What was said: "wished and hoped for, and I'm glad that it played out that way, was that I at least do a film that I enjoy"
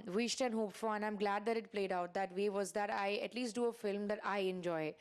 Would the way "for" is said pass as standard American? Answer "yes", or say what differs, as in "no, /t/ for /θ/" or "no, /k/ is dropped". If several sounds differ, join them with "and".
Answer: no, /l/ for /ɹ/